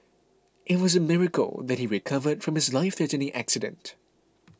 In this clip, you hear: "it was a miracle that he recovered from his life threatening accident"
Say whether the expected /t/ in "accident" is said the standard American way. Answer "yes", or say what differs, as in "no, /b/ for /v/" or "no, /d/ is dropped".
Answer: yes